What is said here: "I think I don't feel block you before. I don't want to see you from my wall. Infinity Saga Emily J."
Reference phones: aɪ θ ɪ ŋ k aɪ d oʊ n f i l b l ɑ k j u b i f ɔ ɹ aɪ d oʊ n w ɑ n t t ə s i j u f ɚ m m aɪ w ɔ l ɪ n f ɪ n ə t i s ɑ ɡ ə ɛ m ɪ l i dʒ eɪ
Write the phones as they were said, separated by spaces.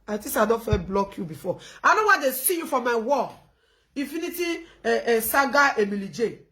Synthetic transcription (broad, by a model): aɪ t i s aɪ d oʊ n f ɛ b l ɑ k j u b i f ɔ aɪ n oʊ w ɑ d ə s i j u f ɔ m m aɪ w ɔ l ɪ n f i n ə t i s ɑ ɡ ə ɛ m ɪ l i dʒ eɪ